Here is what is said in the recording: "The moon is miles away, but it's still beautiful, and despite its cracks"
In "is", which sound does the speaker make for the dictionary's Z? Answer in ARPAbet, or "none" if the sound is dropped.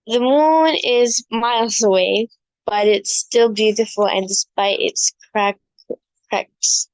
Z